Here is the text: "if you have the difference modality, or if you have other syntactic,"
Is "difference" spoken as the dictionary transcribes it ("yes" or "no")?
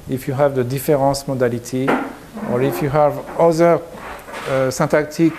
no